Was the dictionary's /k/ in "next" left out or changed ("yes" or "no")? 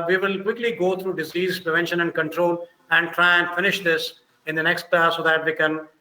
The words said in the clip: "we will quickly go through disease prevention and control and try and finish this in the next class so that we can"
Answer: no